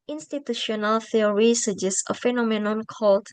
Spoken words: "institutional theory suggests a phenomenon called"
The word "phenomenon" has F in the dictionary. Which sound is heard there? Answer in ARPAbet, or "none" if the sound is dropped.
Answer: F